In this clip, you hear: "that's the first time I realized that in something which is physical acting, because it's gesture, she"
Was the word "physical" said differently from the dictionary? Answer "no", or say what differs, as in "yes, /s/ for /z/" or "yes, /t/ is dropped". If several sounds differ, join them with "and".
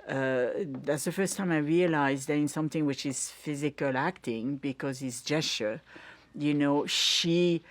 no